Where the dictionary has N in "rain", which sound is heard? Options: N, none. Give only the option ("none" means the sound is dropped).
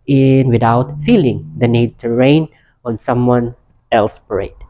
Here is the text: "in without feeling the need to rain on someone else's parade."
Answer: N